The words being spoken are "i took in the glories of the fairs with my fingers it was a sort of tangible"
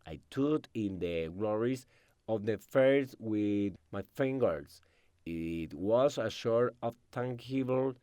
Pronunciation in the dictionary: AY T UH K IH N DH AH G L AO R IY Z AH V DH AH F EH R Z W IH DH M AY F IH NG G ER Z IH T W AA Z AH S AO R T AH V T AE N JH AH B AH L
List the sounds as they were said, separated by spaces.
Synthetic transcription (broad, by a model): AY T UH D IH N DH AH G L AO R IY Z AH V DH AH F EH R S W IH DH M AY F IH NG G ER S IH T W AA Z AH SH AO R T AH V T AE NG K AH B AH L